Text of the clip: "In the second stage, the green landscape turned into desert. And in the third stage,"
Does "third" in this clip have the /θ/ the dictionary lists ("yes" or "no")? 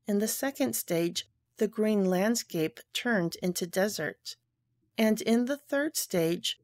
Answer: yes